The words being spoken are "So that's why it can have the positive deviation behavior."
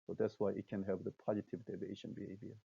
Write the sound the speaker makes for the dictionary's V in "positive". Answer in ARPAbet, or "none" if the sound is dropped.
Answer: V